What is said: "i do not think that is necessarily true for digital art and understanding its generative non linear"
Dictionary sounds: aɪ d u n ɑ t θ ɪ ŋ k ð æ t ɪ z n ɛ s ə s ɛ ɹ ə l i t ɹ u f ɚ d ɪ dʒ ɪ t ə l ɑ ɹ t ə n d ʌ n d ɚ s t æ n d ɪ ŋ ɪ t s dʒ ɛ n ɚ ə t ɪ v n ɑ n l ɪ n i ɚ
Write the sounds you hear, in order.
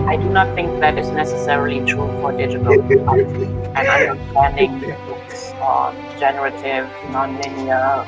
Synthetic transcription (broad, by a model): aɪ d u n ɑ t θ ɪ ŋ k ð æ t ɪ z n ɛ s ə s ɛ ɹ ə l i t ɹ u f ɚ d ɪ dʒ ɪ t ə l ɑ l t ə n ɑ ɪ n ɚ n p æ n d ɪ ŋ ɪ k s dʒ ɛ n ɚ ə t ɪ v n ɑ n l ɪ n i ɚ